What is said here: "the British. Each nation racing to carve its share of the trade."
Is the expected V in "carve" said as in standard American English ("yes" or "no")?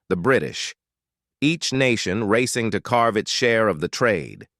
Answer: yes